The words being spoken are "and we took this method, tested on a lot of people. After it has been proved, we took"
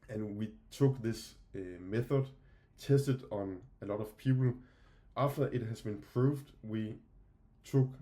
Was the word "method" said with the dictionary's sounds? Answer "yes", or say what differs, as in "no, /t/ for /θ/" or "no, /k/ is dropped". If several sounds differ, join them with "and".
yes